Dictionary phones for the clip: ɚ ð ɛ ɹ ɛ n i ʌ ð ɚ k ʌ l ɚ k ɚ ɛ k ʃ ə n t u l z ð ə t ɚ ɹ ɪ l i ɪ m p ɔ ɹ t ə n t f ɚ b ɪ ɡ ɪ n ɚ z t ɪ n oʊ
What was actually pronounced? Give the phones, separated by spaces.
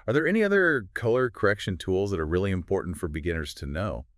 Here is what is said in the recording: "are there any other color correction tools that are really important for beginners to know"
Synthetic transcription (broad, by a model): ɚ ð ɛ ɹ ɛ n i ʌ ð ɚ k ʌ l ɚ k ɚ ɛ k ʃ ə n t u l z ð ə t ɚ ɹ ɪ l i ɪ m p ɔ ɹ t n t f ɚ b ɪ ɡ ɪ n ɚ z t ɪ n oʊ